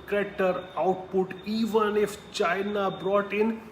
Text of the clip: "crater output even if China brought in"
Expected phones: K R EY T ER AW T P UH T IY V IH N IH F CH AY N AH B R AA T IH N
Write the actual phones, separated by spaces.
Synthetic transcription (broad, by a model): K R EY T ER AW T P UH T IY V IH N IH F CH AY N AH B R AA T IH N